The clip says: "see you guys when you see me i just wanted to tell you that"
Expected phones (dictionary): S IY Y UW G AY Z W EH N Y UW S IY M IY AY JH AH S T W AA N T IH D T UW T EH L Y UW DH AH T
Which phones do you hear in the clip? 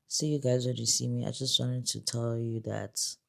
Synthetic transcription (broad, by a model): S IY Y UW G AY Z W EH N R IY S IY M IY AY JH AH S T W AA N T IH D T UW T EH L Y UW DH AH T